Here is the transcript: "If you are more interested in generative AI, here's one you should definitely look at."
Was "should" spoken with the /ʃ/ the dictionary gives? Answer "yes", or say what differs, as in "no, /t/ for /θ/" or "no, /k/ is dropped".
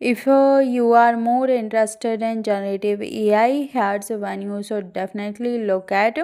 no, /s/ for /ʃ/